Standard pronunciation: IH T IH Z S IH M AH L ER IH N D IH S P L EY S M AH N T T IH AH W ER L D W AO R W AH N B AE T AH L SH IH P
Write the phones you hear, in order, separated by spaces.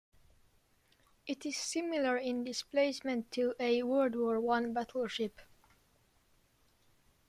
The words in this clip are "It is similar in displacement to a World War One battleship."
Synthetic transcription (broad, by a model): IH T IH Z S IH M AH L ER IH N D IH S P L EY S M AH N T T IH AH W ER D W AO R W AH N B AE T L SH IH P